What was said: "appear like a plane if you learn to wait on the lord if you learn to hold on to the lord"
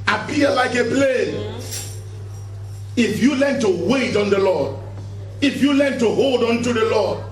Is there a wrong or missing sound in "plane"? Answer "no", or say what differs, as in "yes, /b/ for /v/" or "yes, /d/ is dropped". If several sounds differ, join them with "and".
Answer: no